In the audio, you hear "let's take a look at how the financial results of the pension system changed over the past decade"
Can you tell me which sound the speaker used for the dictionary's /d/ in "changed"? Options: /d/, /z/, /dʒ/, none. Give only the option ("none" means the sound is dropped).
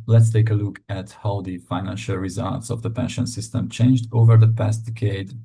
/d/